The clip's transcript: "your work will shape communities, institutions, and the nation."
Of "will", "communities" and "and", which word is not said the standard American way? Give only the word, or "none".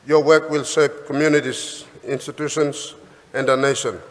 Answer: communities